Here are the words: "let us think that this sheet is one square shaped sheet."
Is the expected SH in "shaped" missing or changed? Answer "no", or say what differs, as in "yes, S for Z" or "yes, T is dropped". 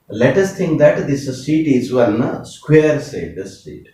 yes, S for SH